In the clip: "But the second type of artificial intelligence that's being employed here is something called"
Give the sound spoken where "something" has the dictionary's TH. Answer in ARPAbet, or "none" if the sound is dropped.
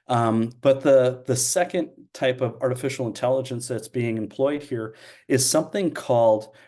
TH